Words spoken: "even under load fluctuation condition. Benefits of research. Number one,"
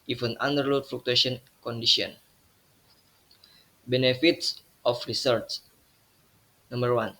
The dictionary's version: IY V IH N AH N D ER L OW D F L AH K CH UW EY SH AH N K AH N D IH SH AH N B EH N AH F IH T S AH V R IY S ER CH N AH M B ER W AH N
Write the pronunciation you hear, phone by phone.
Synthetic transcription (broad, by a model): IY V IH N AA N D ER L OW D F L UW K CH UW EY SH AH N K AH N D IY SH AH N B EH N AH F IH T S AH F R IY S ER S N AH M B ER W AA N